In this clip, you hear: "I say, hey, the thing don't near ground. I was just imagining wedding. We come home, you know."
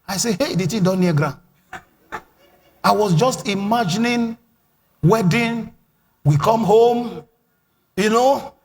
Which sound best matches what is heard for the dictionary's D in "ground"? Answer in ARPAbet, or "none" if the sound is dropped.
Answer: none